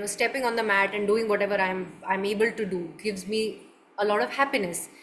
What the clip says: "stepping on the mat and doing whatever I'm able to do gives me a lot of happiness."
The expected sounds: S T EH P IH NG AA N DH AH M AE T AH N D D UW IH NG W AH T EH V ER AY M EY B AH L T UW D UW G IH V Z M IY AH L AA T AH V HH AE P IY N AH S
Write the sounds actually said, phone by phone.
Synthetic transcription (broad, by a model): S T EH P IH NG AA N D AH M AE T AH N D D UW IH NG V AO T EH V ER AY M EY B AH L T UW D UW G IH V Z M IY AH L AA T AH V HH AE P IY N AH S